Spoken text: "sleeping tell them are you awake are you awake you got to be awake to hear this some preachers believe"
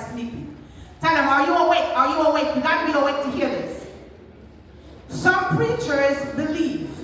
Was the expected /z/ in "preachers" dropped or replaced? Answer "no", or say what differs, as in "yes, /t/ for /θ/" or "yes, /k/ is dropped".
no